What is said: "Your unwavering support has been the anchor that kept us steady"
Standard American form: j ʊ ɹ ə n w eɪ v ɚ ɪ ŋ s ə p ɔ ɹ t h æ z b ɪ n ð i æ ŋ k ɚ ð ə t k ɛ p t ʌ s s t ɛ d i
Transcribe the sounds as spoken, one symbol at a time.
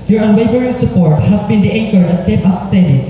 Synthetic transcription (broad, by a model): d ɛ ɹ ə n w eɪ v ɚ ɪ ŋ s ə p ɔ ɹ t h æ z b ɪ n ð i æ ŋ k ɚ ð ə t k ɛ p ʌ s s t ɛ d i